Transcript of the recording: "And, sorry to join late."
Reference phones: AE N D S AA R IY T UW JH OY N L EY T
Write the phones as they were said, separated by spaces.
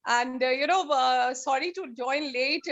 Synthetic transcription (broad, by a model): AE N D S AA R IY T UW JH OY N L EY T